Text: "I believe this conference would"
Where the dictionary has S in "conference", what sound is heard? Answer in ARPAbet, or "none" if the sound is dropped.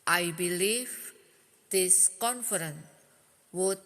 none